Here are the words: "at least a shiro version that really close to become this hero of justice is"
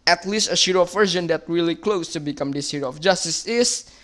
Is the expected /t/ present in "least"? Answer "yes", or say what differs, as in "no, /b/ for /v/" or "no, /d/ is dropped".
yes